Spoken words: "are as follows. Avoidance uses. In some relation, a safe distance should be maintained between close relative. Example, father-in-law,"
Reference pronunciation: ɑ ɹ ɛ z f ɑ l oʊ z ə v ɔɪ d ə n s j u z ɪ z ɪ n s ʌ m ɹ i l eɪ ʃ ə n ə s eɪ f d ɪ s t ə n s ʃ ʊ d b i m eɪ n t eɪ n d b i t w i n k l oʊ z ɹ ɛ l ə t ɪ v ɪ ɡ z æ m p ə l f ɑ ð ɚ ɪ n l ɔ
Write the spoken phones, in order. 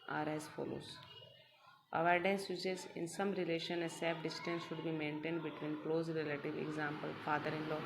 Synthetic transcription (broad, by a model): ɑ ɹ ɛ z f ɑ l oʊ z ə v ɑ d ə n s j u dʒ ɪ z ɪ n s ʌ m ɹ i l eɪ ʃ ə n ə s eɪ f d ɪ s t ə n s ʃ ʊ d b i m eɪ n t eɪ n d b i t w i n k l oʊ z ɹ ɛ l ə t ɪ v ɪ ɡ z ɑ m p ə l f ɑ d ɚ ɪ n l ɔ